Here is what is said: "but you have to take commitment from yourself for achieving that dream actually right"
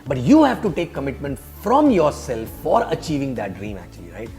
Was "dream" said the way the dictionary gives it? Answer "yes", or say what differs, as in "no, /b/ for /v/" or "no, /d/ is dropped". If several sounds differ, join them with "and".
yes